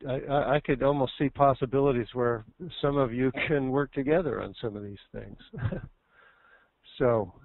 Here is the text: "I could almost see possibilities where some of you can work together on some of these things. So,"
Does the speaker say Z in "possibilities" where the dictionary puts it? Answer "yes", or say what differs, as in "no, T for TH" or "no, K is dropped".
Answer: yes